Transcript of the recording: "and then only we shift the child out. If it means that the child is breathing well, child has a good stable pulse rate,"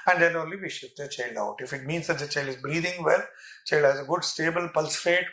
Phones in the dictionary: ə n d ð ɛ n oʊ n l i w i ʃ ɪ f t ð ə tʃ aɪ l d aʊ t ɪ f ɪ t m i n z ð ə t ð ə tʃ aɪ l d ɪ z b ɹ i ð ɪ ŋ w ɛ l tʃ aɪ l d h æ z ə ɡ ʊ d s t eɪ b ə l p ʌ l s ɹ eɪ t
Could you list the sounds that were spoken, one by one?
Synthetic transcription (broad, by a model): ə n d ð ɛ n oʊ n l i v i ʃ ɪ t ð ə tʃ aɪ l d aʊ t ɪ f ɪ t m i n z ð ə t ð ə tʃ aɪ l d ɪ z b ɹ i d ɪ ŋ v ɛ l tʃ aɪ l d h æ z ə ɡ ʊ d s t eɪ b ə l p ʌ l s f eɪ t